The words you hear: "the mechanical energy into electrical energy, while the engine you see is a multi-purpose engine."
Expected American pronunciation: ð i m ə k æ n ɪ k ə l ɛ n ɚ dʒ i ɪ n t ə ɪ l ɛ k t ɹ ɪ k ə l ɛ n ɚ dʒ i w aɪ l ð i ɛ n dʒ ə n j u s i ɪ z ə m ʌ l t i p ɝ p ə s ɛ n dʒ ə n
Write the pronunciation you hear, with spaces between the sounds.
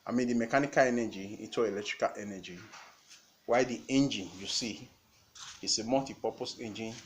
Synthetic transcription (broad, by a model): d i m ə k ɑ n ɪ k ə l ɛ n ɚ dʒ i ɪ t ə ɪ l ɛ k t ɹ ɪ k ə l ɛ n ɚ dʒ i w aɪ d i ɛ n dʒ ə n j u s i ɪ s ə m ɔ t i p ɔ p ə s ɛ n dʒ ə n